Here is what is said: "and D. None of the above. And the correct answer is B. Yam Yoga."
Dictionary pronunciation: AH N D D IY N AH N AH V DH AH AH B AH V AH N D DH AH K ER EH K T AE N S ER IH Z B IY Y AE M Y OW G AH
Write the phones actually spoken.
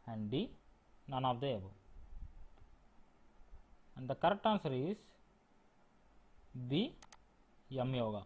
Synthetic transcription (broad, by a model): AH N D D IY N AH N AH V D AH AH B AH AH N D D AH K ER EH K T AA N S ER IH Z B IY Y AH M Y OW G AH